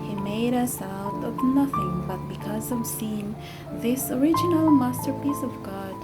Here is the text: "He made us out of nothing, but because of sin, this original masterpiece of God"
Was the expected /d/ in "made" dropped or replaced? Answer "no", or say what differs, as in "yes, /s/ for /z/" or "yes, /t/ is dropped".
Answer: no